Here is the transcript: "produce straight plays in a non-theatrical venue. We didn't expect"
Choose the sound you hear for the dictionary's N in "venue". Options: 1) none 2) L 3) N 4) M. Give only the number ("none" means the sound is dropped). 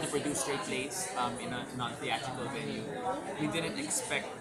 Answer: 2